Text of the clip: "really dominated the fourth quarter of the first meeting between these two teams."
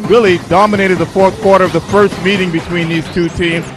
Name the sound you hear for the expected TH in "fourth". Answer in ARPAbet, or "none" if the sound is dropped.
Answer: TH